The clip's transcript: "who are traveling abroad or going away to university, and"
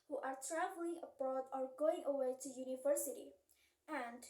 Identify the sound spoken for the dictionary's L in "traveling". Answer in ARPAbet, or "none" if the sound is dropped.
L